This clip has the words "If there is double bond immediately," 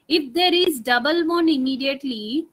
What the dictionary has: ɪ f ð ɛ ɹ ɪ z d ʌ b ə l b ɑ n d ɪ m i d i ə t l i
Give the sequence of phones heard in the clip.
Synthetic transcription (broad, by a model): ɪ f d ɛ ɹ ɪ z d ʌ b ə l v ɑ n ɪ m i d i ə t l i